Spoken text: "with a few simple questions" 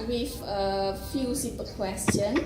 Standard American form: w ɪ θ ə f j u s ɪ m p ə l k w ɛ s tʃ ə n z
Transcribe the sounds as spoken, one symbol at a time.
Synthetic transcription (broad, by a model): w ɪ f ə f j u s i p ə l k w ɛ s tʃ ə n